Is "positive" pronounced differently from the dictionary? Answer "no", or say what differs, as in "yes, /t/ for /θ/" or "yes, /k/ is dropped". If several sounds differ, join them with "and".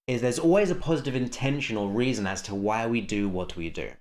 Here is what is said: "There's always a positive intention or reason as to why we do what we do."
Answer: no